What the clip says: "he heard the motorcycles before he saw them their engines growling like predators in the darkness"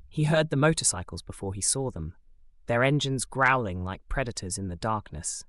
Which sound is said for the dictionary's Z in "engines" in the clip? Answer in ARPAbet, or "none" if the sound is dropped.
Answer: Z